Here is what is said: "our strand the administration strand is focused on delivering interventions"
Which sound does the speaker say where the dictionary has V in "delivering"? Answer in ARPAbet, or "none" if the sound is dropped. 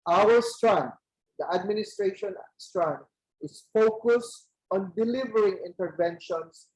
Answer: V